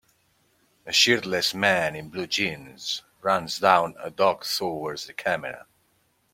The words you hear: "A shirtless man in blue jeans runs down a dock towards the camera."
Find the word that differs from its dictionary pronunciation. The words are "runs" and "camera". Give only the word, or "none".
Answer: none